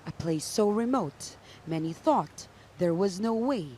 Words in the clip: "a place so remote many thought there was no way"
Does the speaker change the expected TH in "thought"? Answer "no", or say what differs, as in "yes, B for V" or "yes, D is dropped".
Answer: no